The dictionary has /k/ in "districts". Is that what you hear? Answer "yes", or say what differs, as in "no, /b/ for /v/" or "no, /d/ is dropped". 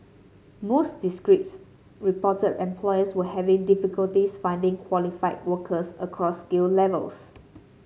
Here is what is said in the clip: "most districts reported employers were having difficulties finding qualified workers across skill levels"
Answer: no, /k/ is dropped